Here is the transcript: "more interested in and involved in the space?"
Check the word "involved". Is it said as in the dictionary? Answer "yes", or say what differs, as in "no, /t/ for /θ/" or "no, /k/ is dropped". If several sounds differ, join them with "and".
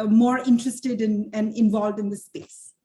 yes